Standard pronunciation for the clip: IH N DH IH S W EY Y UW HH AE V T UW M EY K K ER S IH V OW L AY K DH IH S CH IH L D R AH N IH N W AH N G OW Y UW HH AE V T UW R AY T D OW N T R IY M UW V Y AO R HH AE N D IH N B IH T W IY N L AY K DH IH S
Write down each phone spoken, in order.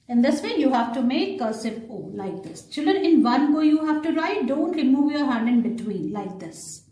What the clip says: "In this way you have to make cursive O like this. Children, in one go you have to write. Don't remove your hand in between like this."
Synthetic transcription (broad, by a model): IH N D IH S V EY Y UW HH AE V T UW M EY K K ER S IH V OW L AY K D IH S CH IH L D R AH N IH N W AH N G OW Y UW HH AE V T UW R AY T D OW N T R IY M UW V Y AO R HH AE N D IH N B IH T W IY N L AY K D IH S